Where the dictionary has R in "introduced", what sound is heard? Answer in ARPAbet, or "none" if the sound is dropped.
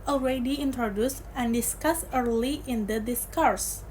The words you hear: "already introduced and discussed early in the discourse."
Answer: R